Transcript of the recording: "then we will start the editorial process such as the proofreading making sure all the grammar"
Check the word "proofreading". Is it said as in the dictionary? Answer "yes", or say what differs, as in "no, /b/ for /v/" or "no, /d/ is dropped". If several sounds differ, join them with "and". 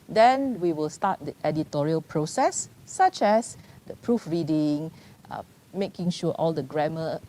yes